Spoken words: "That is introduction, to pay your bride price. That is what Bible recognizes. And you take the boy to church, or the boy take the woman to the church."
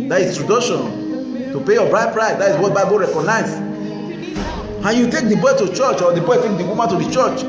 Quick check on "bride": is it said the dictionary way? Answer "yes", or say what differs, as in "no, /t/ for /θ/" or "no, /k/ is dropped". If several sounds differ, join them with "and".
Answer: yes